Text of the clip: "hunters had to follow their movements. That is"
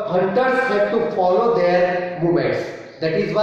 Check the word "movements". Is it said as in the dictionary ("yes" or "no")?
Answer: no